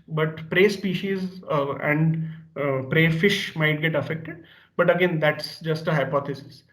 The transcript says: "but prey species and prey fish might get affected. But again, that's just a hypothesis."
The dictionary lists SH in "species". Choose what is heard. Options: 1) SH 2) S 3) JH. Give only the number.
1